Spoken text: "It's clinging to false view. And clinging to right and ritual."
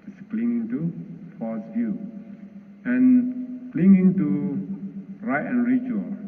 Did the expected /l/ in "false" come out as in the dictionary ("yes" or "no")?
no